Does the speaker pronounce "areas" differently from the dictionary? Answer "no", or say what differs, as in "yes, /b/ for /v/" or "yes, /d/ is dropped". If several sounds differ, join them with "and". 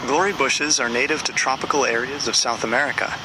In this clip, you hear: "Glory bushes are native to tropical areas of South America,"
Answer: no